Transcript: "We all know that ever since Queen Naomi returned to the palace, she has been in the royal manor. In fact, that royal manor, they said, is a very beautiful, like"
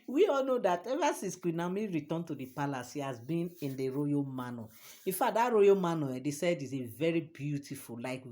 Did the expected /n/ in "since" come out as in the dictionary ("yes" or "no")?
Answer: no